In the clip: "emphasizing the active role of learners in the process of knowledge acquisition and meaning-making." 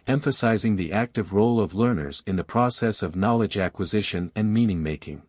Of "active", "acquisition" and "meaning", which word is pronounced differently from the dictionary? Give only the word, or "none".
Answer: none